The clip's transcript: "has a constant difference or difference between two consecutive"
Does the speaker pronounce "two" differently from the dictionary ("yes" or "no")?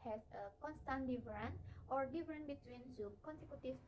yes